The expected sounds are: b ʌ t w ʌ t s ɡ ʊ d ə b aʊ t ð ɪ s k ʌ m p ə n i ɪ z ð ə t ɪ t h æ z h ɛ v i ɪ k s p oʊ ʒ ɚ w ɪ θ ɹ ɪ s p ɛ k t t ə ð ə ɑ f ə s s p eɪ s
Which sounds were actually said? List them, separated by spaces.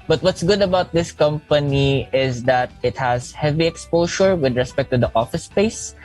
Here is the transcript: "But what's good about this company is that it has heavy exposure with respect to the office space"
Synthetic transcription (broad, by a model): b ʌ t w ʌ t s ɡ ʊ d ə b aʊ t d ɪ s k ʌ m p ə n i ɪ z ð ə t ɪ t h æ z h ɛ v i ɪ k s p oʊ ʃ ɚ w ɪ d ɹ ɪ s p ɛ k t t ə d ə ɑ f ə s s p eɪ s